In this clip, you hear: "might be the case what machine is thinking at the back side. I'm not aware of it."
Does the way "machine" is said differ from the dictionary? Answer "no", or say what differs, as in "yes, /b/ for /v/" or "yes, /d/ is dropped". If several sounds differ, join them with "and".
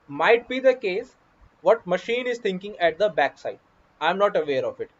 no